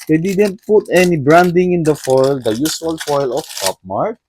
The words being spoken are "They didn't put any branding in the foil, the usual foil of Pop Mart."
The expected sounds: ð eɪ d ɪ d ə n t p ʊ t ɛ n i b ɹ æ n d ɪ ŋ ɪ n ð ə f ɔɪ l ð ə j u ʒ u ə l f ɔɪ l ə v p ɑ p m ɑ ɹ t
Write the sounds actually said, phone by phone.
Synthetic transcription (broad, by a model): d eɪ d ɪ d ə n t p ʊ t ɛ n i b ɹ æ n d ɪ ŋ ɪ n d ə f ɔɪ l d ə j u s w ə l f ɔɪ l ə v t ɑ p m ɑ ɹ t